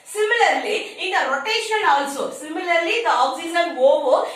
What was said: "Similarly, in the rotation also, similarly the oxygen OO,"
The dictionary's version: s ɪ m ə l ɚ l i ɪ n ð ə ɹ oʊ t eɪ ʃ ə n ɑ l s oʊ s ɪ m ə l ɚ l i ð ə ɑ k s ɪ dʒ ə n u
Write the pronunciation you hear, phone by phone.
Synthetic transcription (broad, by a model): s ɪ m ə l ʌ l i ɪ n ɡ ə ɹ oʊ t eɪ ʃ ə n ɑ l s oʊ s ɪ m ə l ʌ l i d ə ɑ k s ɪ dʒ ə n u